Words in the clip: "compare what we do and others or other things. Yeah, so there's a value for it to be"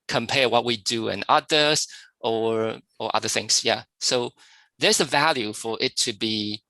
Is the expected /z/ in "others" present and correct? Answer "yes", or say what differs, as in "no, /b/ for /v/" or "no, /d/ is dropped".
no, /z/ is dropped